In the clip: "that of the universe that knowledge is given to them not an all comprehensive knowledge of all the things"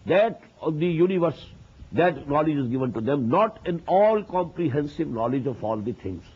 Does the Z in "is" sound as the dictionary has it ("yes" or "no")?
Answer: yes